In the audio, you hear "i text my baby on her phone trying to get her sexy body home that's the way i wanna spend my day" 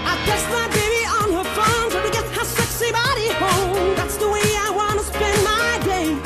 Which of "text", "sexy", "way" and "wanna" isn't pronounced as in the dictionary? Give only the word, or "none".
text